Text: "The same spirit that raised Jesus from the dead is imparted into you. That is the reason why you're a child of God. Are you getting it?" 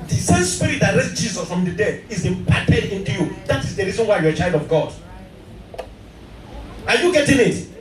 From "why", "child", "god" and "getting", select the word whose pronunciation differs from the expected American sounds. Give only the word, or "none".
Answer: none